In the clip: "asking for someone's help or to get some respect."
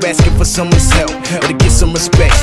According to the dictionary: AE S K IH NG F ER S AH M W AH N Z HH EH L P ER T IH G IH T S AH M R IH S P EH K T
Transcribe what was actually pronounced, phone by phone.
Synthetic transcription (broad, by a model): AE S K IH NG F ER S AH M W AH N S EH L ER T IH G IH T S AH M R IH S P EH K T